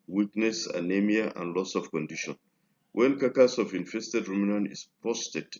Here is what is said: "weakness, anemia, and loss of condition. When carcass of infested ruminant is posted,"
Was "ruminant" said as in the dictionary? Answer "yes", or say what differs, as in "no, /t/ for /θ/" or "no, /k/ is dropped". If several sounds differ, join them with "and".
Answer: no, /t/ is dropped